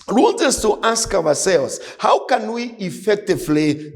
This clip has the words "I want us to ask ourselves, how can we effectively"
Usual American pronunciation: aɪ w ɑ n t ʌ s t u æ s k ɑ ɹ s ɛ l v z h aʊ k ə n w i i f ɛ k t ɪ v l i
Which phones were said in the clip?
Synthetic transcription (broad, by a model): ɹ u l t ʌ s t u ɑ s k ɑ w s ɛ l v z h aʊ k ə n w i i f ɛ k t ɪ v l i